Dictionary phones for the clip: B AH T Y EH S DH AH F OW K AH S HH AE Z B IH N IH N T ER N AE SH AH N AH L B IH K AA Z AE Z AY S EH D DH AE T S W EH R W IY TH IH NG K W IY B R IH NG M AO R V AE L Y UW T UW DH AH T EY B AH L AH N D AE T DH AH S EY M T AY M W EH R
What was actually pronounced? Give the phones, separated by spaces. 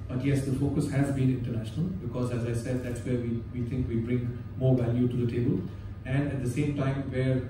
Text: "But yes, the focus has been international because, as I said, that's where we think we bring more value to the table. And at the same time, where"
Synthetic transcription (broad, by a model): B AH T Y EH S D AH F OW K AH S HH AE Z B IH N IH N T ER N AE SH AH N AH L B IH K AA Z AE Z AY S EH D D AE T S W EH R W IY T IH NG K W IY B R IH NG M AO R V AE L Y UW T UW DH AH T EY B AH L AH N D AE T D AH S EY M T AY M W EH R